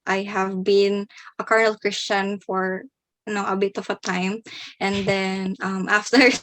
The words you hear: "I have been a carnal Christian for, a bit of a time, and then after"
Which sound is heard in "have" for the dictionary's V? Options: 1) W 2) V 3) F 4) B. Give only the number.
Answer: 2